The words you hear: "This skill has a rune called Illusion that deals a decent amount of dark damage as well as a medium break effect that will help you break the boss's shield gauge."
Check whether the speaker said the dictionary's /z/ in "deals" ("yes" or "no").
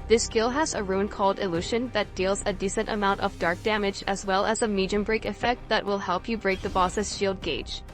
yes